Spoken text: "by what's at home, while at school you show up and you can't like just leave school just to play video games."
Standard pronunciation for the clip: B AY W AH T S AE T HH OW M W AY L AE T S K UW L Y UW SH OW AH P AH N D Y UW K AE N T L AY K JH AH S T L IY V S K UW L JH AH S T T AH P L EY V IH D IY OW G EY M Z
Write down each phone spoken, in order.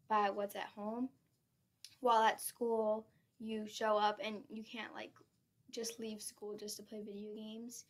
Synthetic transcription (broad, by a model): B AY W AH T S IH T HH OW M W AY L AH T S K UW L Y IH SH OW AH P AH N Y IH K AE N T L AY K JH AH S T L IY V S K UW L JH AH S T T AH P L EY V IH D IY OW G EY M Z